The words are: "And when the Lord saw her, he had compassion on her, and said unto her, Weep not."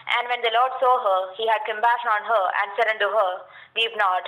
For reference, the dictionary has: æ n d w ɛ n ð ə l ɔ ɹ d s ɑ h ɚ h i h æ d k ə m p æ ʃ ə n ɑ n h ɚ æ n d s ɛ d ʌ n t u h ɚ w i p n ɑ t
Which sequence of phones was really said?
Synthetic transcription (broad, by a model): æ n d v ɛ n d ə l ɔ ɹ d s ɑ h ɚ h i h æ d k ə m b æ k ɑ n h ɚ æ n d s ɛ d ʌ n t u h ɚ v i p n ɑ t